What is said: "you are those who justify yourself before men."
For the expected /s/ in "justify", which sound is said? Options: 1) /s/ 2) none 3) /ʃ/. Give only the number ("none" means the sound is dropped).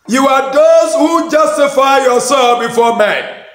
1